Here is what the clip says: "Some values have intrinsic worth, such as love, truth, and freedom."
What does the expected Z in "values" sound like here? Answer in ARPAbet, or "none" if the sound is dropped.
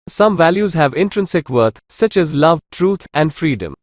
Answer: Z